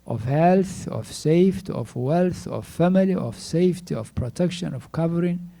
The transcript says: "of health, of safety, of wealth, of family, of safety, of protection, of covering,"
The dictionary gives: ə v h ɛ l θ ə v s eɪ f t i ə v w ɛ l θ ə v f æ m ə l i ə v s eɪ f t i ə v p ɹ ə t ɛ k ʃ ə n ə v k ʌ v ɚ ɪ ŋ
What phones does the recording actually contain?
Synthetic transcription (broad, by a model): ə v h ɛ l θ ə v s eɪ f t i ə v w ɛ l θ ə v f æ m ə l i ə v s eɪ f t i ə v p ɹ ə t ɛ k ʃ ə n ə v k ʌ v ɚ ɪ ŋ